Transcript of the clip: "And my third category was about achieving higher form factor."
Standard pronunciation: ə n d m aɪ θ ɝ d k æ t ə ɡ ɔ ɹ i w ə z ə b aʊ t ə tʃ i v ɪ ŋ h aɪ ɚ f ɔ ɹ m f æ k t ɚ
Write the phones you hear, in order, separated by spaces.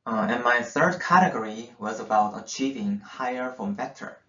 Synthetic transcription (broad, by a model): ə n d m aɪ θ ɝ d k æ t ə ɡ ɔ ɹ i w ə z ə b aʊ t ə tʃ i v ɪ ŋ h aɪ ɚ f ɹ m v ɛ k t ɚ